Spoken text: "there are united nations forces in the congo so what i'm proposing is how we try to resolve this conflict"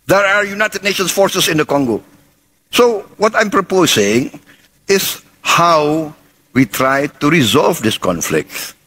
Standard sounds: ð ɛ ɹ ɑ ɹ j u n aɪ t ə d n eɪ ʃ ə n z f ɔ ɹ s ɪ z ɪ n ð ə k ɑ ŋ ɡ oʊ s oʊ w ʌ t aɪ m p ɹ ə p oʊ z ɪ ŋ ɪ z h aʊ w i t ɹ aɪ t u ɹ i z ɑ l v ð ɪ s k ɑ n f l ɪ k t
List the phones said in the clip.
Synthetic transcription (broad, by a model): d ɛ ɹ ɑ ɹ j u n aɪ t ə d n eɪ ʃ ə n s f ɔ ɹ s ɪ s ɪ n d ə k ɑ ŋ ɡ oʊ s oʊ w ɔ t aɪ m p ɹ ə p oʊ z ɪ ŋ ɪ s h aʊ w i t ɹ aɪ t u ɹ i z ɑ l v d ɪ s k ɑ n f l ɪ k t